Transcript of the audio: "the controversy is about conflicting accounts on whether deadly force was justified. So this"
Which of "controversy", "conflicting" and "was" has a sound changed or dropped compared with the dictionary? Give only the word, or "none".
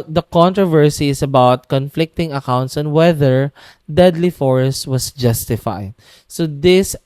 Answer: was